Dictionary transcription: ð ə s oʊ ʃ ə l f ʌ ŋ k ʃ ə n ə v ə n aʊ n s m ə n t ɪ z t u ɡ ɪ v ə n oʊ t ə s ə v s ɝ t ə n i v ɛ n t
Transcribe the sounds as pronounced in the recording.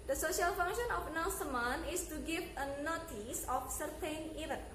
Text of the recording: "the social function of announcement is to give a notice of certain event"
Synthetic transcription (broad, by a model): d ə s oʊ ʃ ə l f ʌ ŋ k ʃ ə n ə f n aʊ s m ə n ɪ s t u ɡ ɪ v ə n oʊ t ə s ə f s ɝ t ə n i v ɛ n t